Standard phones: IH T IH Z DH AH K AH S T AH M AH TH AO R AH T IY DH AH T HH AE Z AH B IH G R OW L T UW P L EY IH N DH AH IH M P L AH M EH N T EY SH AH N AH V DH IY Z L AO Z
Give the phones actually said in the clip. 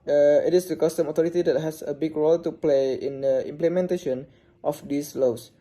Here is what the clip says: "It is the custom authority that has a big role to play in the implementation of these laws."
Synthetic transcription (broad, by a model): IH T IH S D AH K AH S T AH M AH T AO R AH T IY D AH T HH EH S AH B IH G R OW L T UW P L EY IH N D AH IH M P L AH M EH N T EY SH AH N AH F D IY S L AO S